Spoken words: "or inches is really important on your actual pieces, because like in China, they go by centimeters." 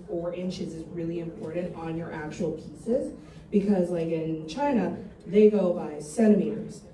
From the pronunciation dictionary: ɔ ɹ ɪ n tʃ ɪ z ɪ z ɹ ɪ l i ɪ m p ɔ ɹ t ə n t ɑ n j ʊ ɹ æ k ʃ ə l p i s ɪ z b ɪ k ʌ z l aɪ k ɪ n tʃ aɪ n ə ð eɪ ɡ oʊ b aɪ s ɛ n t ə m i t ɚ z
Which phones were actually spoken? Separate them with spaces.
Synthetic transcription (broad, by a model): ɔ ɹ ɪ n tʃ ɪ z ɪ z ɹ ɪ l i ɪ m p ɔ ɹ t n t n j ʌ ɹ æ k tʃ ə l p i s ɪ z b ɪ k ʌ z l aɪ k ɪ n tʃ aɪ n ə ð eɪ ɡ oʊ b aɪ s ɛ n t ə m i t ɚ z